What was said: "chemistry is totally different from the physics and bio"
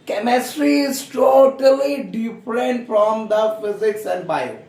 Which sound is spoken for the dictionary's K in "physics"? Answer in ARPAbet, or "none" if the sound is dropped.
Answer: K